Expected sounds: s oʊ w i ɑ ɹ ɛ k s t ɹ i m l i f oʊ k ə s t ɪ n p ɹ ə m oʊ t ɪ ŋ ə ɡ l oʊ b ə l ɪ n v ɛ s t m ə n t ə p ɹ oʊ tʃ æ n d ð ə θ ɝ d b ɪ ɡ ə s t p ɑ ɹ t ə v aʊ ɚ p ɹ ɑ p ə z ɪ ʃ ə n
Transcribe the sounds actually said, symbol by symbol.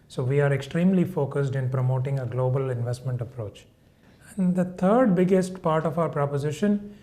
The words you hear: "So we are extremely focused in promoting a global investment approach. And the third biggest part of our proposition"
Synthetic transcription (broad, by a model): s oʊ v i ɑ ɹ ɛ k s t ɹ i m l i f oʊ k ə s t ɪ n p ɹ ə m oʊ t ɪ ŋ ə ɡ l oʊ b ə l ɪ n v ɛ s t m ə n t ə p ɹ oʊ tʃ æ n d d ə t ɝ d b ɪ ɡ ə s t p ɑ ɹ t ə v aʊ ɚ p ɹ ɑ p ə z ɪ ʃ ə n